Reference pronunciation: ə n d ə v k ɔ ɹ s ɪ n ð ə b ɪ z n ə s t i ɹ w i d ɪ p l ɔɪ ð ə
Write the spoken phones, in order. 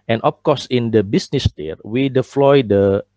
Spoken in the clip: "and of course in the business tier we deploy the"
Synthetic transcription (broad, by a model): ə n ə p k ɔ s ɪ n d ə b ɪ s n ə s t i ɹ w i d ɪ f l ɔɪ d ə